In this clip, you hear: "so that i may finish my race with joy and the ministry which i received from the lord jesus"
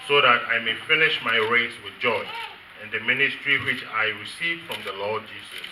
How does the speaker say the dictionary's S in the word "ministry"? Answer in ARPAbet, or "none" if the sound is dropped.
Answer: S